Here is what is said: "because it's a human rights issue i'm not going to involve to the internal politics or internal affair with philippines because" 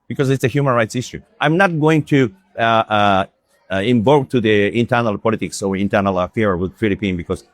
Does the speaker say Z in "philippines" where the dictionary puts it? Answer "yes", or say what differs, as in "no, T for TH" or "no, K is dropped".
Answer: no, Z is dropped